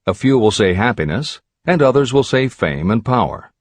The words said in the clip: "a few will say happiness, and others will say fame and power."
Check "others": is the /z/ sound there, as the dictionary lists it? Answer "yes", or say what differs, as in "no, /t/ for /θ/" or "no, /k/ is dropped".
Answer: yes